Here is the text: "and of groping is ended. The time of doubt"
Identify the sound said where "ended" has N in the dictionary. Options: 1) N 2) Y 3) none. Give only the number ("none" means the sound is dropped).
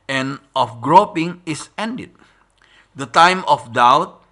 1